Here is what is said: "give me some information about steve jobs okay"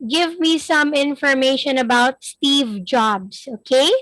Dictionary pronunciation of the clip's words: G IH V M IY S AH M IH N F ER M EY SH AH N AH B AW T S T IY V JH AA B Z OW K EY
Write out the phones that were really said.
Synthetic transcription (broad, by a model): G IH V M IY S AH M IH N F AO M EY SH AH N AH B AW T S T IY V JH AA B S OW K EY